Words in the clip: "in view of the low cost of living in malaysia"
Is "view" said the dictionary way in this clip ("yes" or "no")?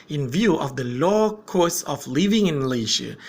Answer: yes